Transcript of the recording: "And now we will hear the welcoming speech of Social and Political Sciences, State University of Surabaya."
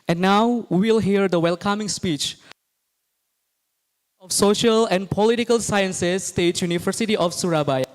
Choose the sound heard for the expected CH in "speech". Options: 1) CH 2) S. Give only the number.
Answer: 1